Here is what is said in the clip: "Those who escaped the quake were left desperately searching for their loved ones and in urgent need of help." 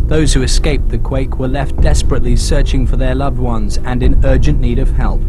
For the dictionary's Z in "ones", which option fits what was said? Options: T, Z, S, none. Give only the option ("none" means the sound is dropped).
Z